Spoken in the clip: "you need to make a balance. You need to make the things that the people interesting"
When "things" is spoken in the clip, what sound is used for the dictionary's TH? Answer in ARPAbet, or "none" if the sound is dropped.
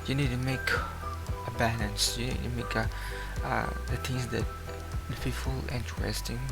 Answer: T